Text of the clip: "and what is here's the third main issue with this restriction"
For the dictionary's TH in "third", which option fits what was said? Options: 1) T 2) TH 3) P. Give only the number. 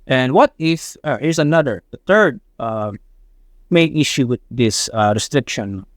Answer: 2